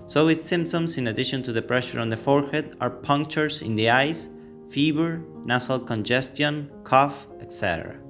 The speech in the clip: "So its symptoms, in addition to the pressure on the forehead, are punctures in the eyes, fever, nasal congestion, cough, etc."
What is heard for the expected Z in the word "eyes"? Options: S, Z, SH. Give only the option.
S